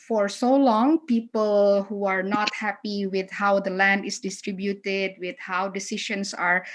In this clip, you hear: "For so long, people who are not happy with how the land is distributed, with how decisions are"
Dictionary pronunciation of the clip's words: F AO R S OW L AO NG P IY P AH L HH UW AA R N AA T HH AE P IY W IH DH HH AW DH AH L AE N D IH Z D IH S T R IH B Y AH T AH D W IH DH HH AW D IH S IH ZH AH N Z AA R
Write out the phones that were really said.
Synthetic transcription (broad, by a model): F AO R S OW L AO NG P IY P AH L HH UW AA R N AA T HH AE P IY W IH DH HH AW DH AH L AE N D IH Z D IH S T R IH B Y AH T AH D W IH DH HH AW D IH S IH SH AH N S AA R